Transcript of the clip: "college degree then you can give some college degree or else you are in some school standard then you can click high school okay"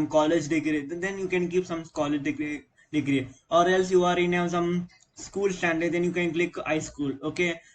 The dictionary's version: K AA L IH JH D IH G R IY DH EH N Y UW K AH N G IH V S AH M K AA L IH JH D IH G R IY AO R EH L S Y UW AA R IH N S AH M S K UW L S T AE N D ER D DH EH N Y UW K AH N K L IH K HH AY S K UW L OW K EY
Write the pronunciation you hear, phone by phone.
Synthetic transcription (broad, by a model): K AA L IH JH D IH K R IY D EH N Y UW K AH N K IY P S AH M K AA L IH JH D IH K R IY AO R EH L S Y UW AA R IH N S AH M S K UW L S T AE N D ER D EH N Y UW K AH N K L IH K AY S K UW L OW K EY